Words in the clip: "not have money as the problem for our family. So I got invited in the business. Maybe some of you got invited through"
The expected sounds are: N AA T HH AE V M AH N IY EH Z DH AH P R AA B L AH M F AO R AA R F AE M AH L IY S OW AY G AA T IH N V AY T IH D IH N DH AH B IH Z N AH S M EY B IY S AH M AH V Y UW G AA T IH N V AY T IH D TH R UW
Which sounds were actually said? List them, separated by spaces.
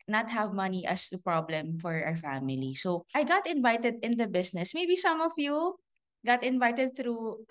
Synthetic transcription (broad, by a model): N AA T HH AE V M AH N IY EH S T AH P R AA B L AH M F AO R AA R F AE M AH L IY S OW AY G AA T IH N V AY T IH D IH N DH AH B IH S N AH S M EY B IY S AH M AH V Y UW G AA T IH N V AY T IH D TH R UW